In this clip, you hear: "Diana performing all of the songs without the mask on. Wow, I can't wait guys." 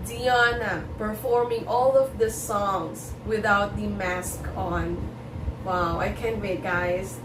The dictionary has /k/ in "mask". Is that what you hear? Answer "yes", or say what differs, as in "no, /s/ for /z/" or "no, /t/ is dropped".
yes